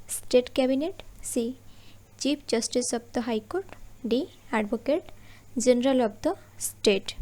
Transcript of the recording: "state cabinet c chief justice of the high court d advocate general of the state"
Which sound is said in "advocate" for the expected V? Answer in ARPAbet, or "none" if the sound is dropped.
B